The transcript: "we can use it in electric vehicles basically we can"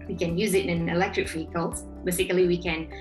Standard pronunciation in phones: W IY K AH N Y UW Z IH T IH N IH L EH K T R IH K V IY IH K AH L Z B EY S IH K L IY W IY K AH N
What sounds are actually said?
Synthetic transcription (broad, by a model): W IY K AH N Y UW Z IH T IH N IH L EH K T R IH K F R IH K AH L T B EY S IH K L IY W IY K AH N